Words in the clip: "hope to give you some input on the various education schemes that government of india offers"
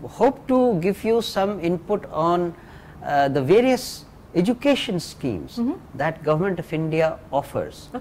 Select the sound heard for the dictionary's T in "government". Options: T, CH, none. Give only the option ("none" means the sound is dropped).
T